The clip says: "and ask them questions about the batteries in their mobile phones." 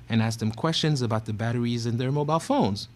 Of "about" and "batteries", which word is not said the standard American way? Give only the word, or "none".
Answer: none